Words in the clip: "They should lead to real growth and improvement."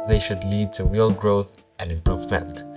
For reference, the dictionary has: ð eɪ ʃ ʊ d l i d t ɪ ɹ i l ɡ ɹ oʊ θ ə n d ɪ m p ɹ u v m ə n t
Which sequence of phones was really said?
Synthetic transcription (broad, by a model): ð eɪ ʃ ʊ d l i d t ɪ ɹ i l ɡ ɹ oʊ θ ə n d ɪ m p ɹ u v m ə n t